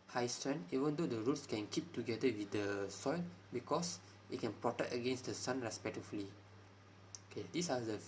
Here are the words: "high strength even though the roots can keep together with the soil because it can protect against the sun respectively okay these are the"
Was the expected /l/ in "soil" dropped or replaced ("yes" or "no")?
no